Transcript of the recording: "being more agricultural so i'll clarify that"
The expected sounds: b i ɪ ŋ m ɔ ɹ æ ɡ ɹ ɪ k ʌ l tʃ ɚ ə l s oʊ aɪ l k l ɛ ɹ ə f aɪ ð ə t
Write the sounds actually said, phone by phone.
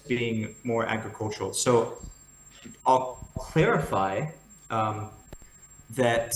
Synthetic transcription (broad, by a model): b i ɪ ŋ m ɔ ɹ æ ɡ ɹ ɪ k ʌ l tʃ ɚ l s oʊ aɪ l k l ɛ ɹ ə f aɪ ð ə t